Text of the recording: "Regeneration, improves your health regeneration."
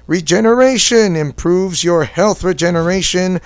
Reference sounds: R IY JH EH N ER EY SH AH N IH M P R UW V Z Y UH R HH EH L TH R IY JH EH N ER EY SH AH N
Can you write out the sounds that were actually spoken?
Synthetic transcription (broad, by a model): R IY JH EH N ER EY SH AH N IH M P R UW V Z Y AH R HH EH L TH R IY JH EH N ER EY SH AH N